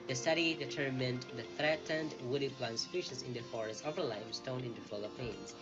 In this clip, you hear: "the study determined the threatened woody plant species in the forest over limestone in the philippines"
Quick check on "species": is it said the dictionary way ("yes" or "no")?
no